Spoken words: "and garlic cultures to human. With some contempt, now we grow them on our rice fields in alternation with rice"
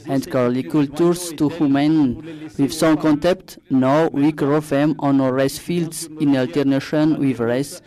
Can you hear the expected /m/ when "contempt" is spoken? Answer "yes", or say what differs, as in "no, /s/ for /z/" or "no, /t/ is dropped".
no, /m/ is dropped